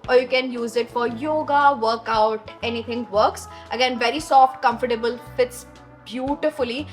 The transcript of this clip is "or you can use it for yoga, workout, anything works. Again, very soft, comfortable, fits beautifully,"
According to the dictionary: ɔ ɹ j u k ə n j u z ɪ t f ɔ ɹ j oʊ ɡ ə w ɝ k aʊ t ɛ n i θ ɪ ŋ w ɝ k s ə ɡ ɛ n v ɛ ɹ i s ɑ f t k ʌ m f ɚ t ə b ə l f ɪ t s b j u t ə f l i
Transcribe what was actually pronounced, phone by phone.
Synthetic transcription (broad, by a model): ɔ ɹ j u k ə n j u z ɪ t f ɔ ɹ j oʊ ɡ ə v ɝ k aʊ t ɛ n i t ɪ ŋ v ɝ k s ə ɡ ɛ n v ɛ ɹ i s ɑ f t k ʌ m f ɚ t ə b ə l f ɪ t s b j u t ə f l i